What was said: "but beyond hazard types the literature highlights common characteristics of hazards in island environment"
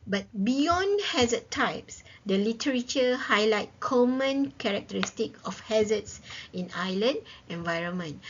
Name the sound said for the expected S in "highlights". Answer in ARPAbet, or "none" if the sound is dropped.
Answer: none